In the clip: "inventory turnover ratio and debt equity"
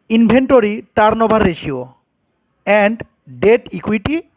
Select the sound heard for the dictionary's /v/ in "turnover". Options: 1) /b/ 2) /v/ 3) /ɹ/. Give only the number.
1